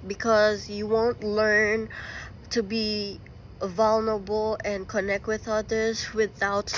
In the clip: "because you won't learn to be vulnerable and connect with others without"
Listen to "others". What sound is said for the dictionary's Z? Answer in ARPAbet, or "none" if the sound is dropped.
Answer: Z